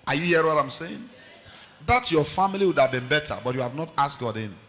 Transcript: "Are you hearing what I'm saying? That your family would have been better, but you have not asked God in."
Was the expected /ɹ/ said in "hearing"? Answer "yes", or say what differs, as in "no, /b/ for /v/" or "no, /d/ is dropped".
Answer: no, /ɹ/ is dropped